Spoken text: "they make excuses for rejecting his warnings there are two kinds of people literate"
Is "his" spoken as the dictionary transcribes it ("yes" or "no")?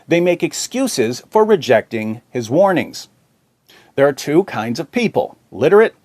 yes